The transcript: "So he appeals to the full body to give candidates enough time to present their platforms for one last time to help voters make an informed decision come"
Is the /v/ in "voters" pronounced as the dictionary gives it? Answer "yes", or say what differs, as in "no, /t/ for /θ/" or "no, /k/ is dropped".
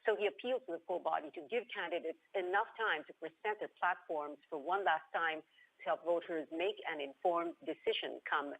yes